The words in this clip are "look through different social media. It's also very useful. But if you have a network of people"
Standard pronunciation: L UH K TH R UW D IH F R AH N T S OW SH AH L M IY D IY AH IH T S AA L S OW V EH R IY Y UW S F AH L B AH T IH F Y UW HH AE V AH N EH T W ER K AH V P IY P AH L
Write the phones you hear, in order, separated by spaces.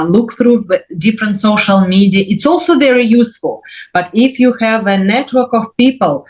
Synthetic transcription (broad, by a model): L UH K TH R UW D IH F R AH N T S OW SH AH L M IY D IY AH IH T S AA L S OW V EH R IY Y UW S F AH L B AH T IH F Y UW HH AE V AH N EH T W ER K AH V P IY P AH L